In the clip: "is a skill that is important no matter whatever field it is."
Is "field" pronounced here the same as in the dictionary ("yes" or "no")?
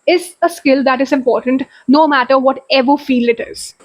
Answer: no